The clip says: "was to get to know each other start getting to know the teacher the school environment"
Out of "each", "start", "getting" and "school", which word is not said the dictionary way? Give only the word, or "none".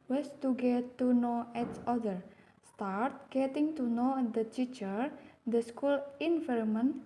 each